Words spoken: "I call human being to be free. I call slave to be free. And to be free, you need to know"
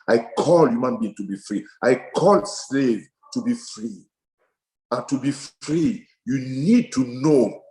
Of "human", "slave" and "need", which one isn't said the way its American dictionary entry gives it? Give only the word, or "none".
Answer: none